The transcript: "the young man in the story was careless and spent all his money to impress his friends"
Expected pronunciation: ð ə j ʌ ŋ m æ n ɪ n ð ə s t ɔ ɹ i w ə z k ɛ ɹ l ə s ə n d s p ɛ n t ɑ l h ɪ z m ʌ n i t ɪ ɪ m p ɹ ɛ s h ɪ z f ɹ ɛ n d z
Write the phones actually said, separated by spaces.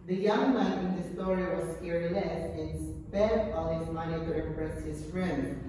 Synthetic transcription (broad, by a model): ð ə j ʌ ŋ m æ ɪ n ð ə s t ɔ ɹ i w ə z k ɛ ɹ n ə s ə n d s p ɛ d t ɑ l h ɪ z m ʌ n i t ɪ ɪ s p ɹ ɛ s h ɪ z f ɹ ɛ n d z